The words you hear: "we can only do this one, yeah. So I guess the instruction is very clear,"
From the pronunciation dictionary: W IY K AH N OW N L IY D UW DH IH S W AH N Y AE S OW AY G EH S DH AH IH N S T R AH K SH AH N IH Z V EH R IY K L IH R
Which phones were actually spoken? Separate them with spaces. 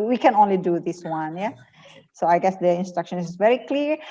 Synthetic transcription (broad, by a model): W IY K AH N OW N L IY D UW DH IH S W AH N Y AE S OW AY G EH S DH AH IH N S T R AH K SH AH N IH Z V EH R IY K L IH R